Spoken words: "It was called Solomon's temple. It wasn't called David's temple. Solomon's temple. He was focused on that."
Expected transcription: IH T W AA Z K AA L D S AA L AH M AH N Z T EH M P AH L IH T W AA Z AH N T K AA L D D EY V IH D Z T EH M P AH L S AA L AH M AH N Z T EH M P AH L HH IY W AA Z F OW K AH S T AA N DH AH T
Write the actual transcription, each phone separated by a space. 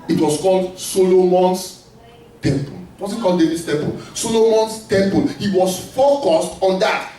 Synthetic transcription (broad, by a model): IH T W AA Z K AA L D S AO L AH M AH N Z T EH M P AH L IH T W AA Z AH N K AA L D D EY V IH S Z T EH M P AH L S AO L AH M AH N S T EH M P AH L HH IY W AA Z F OW K AH S T AA N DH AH T